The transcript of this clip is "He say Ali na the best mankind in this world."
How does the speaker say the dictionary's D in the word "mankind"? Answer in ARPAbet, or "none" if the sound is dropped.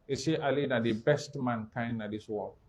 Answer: none